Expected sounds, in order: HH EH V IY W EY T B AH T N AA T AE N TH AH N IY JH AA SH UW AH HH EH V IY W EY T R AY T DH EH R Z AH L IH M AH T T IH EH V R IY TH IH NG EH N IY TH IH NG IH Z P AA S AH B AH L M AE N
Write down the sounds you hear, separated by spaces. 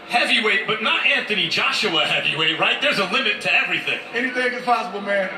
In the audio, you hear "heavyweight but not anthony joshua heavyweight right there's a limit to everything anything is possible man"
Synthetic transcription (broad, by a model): HH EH V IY W EY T B AH T N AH T AE N TH AH N IY JH AA SH UW AH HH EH V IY W EY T R AY T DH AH R Z AH L IH M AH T T IH EH V R IY TH IH NG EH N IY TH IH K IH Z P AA S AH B L M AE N